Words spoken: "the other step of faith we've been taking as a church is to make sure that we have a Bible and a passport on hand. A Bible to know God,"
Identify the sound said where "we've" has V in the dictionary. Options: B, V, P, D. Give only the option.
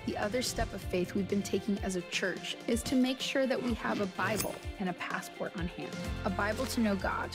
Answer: V